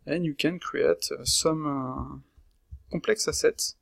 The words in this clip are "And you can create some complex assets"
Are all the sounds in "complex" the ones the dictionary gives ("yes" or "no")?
no